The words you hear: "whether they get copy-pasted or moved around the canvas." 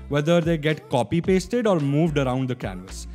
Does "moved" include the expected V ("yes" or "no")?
yes